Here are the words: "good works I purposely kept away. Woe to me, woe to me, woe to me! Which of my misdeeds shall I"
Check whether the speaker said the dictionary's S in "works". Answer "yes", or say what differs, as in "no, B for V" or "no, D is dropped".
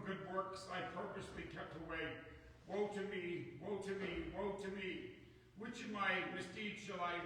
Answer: yes